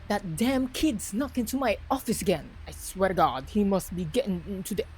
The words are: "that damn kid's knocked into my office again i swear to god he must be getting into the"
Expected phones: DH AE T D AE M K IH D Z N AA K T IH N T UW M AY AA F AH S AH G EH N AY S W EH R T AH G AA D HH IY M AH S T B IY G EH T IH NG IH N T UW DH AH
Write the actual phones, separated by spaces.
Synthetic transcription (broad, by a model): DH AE T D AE M K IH D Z N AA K IH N T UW M AY AA F AH S AH G EH N AY S W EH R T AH G AA D HH IY M AH S T B IY G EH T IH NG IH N T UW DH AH